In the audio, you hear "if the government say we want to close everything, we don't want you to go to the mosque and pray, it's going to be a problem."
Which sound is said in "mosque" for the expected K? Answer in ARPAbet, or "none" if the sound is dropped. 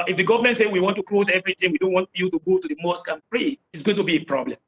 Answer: K